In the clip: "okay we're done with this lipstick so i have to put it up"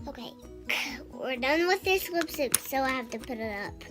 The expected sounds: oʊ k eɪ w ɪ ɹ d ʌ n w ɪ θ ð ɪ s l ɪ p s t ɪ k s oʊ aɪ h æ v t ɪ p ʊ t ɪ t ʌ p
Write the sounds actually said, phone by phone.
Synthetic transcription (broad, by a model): oʊ k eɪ w ɪ ɹ d ʌ n w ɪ ð ɪ s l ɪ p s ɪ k s oʊ aɪ h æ f t ɪ p ʊ t ɪ t ʌ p